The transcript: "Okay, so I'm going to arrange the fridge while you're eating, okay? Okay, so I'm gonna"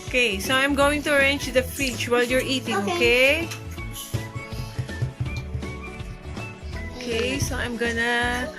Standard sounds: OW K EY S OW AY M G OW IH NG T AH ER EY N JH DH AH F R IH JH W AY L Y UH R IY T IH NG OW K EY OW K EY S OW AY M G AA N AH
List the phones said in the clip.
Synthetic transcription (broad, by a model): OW K EY S OW AY M G OW IH NG T AH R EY N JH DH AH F IH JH W AY L Y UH R IY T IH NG OW K EY OW K EY S OW AY M G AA N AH